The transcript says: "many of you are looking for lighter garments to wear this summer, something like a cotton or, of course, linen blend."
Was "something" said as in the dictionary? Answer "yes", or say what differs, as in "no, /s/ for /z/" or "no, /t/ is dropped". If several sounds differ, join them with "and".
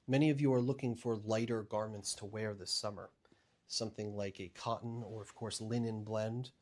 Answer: yes